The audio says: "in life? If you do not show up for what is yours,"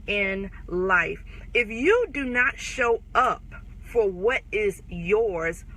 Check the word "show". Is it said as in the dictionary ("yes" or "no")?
yes